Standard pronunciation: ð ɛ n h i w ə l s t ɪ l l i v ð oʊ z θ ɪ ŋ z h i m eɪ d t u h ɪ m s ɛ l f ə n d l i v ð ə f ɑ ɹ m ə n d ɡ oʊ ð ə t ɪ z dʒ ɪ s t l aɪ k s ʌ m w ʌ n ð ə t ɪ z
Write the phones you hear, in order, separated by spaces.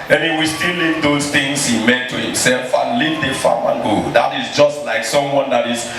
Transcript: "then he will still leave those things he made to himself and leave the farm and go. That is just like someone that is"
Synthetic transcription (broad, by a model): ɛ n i w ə s t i l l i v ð oʊ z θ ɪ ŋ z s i m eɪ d t u h ɪ m s ɛ l f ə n l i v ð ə f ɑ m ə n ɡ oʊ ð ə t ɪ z dʒ ɪ s t l aɪ k s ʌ m w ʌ n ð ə t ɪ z